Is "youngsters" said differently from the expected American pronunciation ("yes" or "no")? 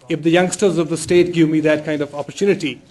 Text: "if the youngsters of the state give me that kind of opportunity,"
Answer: no